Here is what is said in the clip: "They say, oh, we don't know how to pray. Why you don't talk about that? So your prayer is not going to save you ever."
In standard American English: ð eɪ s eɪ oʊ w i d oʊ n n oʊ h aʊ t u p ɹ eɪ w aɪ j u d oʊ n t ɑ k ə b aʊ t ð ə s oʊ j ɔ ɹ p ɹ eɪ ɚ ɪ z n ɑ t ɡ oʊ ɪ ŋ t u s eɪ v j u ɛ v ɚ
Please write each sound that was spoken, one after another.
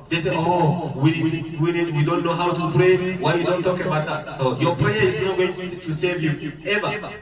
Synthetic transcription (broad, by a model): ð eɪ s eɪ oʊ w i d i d n oʊ h aʊ t u p ɹ eɪ w aɪ j u d oʊ n t ɑ k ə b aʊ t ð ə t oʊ j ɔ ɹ p ɹ eɪ ɚ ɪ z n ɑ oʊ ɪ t t u s eɪ v j u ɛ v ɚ